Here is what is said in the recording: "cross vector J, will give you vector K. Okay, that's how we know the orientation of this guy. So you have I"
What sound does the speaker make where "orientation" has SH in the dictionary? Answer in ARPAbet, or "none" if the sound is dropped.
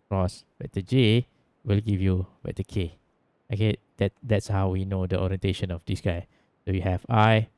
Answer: SH